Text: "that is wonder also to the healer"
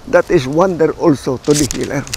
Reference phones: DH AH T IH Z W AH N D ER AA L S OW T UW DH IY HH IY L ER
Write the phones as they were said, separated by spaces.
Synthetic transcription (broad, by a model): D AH T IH S W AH N D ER AA L S OW T UW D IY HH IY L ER